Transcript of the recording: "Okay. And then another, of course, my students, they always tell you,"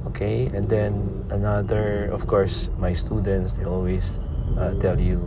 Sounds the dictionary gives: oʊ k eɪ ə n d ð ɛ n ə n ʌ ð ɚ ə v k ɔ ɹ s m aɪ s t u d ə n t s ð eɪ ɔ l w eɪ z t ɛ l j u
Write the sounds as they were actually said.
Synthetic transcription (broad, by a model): oʊ k eɪ ə n d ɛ n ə n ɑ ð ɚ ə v k ɔ ɹ s m aɪ s t u d ə n t s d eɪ ɔ l w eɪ s t ɛ l j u